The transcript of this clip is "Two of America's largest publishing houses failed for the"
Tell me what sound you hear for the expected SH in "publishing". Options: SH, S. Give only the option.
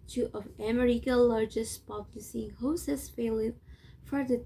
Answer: S